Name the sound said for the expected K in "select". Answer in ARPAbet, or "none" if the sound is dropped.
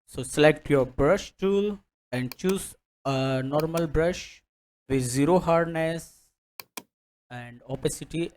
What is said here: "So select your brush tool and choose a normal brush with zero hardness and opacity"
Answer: K